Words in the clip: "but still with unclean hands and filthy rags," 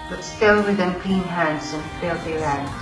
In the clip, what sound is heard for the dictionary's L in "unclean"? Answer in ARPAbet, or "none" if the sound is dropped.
none